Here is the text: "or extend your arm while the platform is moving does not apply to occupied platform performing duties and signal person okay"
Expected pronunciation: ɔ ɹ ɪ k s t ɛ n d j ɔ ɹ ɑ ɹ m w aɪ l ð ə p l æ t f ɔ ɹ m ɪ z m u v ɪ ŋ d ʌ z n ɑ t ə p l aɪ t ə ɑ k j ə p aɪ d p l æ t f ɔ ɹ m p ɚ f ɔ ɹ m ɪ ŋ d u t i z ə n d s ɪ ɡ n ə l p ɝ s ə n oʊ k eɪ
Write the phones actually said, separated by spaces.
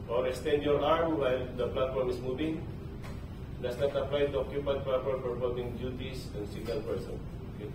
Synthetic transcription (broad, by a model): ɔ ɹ ɪ k s t ɛ n d j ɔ ɹ ɑ ɹ m w aɪ l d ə p l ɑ t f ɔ ɹ m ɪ s m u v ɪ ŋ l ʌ s n ɑ t ə p l aɪ t ə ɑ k j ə p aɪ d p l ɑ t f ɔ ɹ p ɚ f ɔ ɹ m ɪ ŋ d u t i s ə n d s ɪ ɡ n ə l p ɝ s ə n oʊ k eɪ